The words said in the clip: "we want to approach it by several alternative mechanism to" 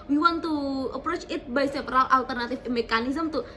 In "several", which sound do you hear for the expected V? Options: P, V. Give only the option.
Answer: P